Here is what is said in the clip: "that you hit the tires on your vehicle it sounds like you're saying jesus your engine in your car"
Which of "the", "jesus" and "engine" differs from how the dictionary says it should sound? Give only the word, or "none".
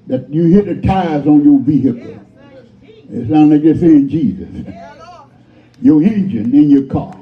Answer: none